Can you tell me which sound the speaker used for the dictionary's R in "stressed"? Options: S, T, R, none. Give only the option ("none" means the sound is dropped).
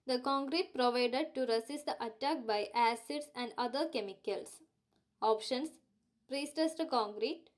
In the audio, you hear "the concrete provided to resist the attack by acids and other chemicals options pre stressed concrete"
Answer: none